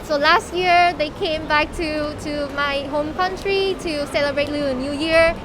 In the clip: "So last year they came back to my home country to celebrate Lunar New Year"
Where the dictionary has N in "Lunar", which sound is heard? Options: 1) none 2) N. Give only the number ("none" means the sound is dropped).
1